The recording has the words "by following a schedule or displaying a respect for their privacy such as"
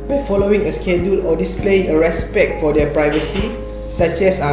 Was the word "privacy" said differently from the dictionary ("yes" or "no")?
no